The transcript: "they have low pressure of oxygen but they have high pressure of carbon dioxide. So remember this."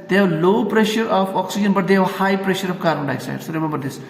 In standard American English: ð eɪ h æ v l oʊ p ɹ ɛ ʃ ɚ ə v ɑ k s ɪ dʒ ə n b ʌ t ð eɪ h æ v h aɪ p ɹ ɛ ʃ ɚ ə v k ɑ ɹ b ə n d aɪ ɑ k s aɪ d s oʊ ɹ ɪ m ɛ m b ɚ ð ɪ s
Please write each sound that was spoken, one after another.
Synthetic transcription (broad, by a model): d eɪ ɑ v l oʊ p ɹ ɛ ʃ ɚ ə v ɑ k s ɪ dʒ ə n b ʌ t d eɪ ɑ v h aɪ p ɹ ɛ ʃ ɚ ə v k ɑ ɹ ə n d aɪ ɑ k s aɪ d s oʊ ɹ ɪ m ɛ m b ɚ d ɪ s